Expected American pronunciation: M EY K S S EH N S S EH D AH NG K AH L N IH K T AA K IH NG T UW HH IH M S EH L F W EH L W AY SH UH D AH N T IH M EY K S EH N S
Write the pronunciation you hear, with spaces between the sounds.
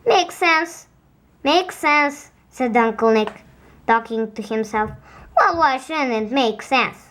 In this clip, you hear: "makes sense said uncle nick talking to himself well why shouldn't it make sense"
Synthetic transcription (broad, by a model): M EY K S S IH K S S EH D AH NG K AH L N IH K T AA K IH NG T UW HH IH M S EH L F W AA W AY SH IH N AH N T M EY K S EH N S